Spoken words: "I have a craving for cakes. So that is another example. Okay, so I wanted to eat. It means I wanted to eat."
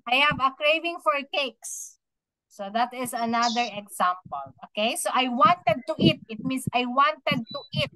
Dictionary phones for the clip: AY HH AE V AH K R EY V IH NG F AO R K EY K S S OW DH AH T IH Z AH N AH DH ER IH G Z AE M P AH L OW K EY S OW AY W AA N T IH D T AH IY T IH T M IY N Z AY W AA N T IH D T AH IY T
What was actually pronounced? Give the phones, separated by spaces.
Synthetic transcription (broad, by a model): AY HH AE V AH K R EY V IH NG F AO R K EY K S S OW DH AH T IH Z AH N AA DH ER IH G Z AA M P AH L OW K EY S OW AY W AA N T IH D T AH IY T IH T M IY N S AY W AA N T IH D T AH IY T